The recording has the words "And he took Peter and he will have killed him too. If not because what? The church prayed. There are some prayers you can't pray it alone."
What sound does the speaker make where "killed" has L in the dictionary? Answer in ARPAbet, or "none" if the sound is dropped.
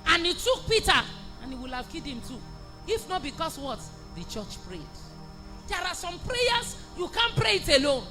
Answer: none